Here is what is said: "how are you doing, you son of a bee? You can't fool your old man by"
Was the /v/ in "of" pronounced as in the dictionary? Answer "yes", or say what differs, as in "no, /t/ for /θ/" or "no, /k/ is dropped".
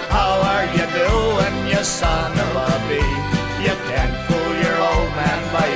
no, /b/ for /v/